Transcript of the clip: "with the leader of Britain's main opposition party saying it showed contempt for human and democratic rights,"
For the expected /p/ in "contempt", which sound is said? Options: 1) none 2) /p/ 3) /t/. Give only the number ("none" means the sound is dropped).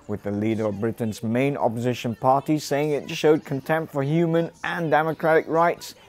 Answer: 2